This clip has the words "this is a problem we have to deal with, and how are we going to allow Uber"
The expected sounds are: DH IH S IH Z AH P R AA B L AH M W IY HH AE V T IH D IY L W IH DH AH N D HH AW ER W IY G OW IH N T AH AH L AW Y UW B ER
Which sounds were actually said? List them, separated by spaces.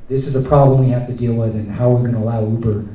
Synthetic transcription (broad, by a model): DH IH S IH Z AH P R AA B L AH M W IY HH AE F T IH D IY L W IH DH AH N HH AW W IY G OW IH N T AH AH L AW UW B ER